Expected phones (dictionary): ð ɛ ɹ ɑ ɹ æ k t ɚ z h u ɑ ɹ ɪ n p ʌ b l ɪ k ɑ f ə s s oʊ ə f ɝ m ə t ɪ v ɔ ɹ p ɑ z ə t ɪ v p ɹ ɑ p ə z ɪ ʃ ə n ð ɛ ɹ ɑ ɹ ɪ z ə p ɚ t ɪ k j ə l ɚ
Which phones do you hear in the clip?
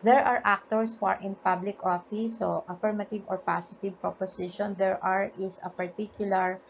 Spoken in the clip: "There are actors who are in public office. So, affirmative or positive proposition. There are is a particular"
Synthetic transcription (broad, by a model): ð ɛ ɹ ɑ ɹ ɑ k t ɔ s h u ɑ ɹ ɪ n p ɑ b l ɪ k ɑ f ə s s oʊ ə f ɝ m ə t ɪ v ɔ ɹ p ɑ s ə t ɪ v p ɹ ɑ p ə s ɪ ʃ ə n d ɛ ɹ ɑ ɹ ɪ s ə p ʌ t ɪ k j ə l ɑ